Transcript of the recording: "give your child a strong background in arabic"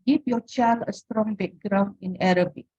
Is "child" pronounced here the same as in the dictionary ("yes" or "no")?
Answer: no